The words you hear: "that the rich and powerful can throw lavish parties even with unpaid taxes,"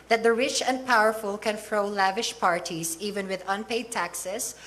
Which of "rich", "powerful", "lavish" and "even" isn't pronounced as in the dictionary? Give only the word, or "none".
none